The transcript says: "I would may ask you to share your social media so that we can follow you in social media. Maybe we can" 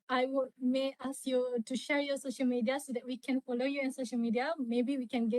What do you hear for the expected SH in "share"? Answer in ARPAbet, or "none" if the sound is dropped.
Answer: SH